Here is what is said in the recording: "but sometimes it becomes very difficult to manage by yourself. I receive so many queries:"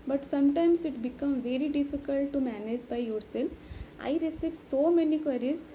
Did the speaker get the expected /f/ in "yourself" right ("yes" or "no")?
no